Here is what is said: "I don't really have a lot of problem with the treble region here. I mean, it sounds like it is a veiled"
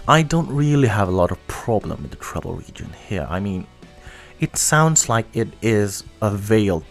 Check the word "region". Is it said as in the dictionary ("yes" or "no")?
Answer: yes